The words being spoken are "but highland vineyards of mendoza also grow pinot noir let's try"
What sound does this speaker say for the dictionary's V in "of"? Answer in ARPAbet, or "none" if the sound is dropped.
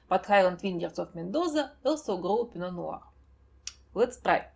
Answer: F